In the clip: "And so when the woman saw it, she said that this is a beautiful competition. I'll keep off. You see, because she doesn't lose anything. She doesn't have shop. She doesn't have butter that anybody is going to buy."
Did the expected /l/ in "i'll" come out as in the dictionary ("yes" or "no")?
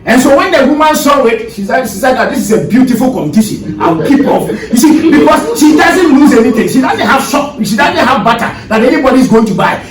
no